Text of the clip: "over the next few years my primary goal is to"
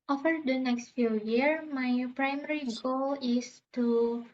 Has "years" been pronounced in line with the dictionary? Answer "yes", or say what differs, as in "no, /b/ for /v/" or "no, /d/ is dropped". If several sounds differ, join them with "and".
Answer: no, /z/ is dropped